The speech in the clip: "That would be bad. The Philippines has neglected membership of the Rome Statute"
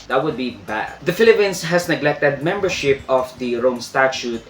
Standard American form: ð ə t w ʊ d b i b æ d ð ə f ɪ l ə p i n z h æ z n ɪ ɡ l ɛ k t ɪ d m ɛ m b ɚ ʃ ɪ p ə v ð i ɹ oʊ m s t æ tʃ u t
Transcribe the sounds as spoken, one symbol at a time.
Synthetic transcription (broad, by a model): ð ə t w ʊ d b i b æ d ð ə f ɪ l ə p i n s h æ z n ɪ ɡ l ɛ k t ɪ d m ɛ m b ɚ ʃ ɪ p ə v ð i ɹ oʊ m s t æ tʃ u t